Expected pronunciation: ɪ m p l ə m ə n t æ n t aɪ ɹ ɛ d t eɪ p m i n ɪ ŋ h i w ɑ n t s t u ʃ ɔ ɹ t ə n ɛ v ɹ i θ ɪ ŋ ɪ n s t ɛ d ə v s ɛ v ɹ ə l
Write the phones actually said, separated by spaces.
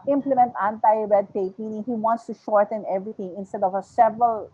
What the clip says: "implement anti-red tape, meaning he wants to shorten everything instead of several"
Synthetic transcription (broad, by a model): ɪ m p l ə m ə n t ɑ n t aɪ ɹ ɛ d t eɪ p m i n ɪ ŋ h i w ɑ n t s t u ʃ ɔ ɹ t ə n ɛ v ɹ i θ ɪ ŋ ɪ n s t ɛ d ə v s ɛ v ɹ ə l